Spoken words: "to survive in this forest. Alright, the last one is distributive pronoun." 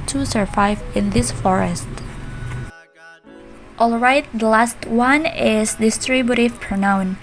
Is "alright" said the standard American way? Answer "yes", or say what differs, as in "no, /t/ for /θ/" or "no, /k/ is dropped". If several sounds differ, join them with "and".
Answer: yes